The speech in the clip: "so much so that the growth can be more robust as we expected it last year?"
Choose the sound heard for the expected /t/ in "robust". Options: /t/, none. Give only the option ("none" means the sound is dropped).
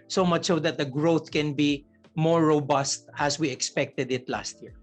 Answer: /t/